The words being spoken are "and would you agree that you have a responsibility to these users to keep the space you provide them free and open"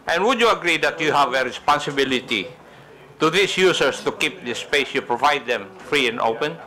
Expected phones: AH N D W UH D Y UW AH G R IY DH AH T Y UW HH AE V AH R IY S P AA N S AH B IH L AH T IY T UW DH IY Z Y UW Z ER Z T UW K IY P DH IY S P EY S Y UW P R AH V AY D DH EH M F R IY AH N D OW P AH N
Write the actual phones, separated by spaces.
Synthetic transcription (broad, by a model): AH N W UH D Y UW AH G R IY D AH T Y UW HH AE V AH R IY S P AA N S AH B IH L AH T IY T UW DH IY S Y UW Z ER S T UW K IY P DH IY S P EY S Y UW P R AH V AY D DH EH M F R IY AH N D OW P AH N